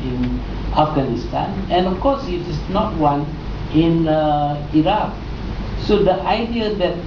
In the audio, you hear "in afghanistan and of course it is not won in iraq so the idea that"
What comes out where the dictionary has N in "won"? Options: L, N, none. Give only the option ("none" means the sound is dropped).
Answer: N